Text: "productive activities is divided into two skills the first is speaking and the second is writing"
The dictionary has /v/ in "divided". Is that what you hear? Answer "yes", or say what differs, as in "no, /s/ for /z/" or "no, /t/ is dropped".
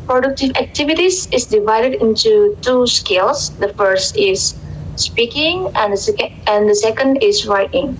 yes